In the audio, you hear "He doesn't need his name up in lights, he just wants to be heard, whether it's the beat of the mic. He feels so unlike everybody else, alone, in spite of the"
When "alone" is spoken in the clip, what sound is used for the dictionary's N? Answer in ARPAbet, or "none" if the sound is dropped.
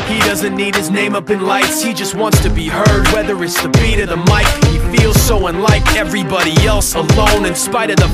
N